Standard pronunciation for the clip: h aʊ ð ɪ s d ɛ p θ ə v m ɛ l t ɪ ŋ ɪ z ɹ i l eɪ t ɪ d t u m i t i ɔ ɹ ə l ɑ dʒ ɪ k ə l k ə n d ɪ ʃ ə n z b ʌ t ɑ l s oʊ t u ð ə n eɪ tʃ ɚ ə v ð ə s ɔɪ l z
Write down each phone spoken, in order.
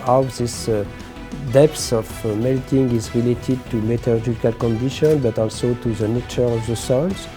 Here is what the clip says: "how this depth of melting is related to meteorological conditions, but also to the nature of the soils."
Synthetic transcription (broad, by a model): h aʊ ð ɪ s d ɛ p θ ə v m ɛ l t ɪ ŋ ɪ z ɹ i l eɪ t ɪ d t u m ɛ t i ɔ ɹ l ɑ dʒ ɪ k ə l k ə n d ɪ ʃ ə n b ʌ t ɑ l s oʊ t u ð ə n eɪ tʃ ɚ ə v ð ə s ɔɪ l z